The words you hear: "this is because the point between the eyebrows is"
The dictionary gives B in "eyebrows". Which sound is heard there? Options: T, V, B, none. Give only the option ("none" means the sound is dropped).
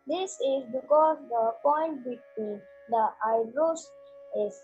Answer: none